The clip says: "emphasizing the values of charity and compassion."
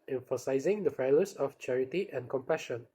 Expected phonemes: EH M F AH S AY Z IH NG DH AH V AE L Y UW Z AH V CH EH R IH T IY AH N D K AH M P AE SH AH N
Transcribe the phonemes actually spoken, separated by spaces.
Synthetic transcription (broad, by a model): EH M F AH S AY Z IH NG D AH F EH L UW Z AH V CH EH R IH T IY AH N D K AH M P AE SH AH N